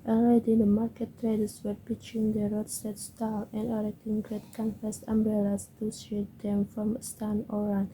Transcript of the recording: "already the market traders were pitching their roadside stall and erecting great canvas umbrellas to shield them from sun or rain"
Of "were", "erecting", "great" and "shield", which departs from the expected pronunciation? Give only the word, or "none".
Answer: shield